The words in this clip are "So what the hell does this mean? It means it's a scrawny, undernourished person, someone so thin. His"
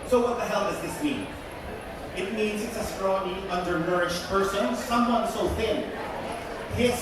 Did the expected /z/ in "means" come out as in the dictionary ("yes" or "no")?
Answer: yes